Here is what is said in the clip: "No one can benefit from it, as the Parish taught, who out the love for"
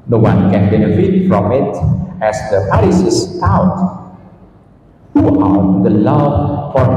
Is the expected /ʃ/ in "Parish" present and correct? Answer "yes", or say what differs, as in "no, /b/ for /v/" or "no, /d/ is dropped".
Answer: no, /s/ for /ʃ/